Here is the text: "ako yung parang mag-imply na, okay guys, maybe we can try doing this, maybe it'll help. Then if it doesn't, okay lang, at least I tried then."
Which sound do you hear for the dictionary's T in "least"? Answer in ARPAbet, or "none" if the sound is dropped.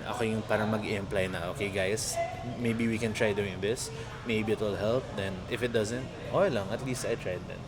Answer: T